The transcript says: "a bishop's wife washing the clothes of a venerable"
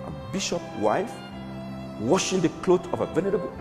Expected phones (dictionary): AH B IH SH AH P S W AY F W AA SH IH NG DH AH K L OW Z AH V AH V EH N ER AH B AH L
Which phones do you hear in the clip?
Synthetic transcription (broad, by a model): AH B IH SH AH P W AY F W AA SH IH NG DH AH K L OW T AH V AH V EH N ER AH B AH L